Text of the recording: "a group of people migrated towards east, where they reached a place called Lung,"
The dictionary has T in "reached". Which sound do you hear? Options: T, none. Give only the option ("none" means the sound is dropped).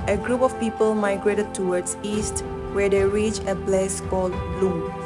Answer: none